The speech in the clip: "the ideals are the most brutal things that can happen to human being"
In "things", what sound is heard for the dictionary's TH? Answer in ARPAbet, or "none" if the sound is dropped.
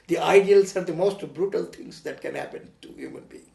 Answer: T